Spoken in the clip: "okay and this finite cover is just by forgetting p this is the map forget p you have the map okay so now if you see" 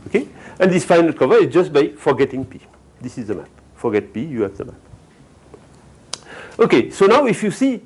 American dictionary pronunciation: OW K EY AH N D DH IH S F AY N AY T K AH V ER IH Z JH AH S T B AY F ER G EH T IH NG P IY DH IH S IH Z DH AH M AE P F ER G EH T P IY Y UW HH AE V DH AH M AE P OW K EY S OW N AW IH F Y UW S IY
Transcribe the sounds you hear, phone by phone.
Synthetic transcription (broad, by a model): OW K EY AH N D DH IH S F AY N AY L K AH V ER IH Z JH AH S T B AY F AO G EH T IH NG P IY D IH S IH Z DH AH M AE P F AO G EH T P IY Y UW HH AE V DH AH M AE P OW K EY S OW N AW IH F Y UW S IY